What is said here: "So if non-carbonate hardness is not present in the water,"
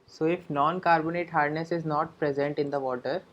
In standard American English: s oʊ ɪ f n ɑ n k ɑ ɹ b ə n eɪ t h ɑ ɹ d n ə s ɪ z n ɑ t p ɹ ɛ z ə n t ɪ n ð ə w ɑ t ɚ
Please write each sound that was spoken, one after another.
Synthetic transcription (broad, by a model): s oʊ ɪ f n ɑ n k ɑ ɹ b ə n eɪ t h ɑ ɹ d n ə s ɪ z n ɑ t p ɹ ɛ z ə n t ɪ n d ə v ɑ t ɚ